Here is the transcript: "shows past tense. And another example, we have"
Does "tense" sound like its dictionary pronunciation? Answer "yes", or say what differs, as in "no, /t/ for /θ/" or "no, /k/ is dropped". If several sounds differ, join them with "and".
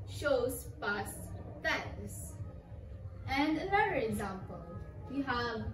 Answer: no, /n/ is dropped